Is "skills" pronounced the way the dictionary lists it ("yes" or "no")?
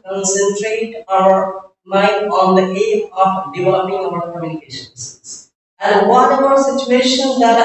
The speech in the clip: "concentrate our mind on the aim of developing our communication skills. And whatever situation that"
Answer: no